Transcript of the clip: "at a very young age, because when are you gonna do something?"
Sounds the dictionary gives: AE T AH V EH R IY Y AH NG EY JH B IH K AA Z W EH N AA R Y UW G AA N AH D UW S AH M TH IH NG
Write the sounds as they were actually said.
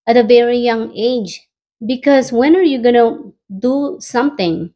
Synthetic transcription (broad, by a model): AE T AH V EH R IY Y AH NG EY JH B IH K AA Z W EH N AA R Y UW G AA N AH D UW S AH M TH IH NG